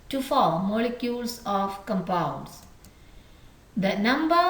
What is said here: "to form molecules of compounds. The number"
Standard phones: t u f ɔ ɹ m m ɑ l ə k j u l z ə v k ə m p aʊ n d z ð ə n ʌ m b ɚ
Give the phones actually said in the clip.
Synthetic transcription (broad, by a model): t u f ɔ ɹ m m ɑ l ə k j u l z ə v k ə m p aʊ d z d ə n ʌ m b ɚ